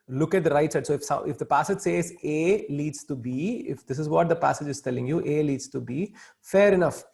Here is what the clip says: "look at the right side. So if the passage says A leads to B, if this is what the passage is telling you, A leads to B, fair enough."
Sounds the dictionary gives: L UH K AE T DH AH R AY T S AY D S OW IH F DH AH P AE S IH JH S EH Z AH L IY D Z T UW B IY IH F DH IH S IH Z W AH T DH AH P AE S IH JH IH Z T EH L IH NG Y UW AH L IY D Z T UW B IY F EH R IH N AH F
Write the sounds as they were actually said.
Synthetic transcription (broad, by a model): L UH K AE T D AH R AY T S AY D S OW IH F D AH P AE S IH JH S EH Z AH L IY D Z T UW B IY IH F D IH S IH Z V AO T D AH P AE S IH JH IH Z T EH L IH NG Y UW AH L IY D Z T UW B IY F EH R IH N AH F